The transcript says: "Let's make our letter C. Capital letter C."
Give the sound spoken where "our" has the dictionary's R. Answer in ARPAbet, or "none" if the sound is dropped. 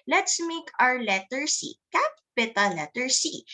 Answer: R